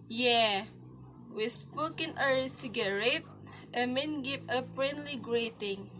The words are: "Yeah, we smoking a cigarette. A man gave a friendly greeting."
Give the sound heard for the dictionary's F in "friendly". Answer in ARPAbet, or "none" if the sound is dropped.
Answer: P